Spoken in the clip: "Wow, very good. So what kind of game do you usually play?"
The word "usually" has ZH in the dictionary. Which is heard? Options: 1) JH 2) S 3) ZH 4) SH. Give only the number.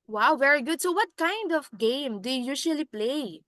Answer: 4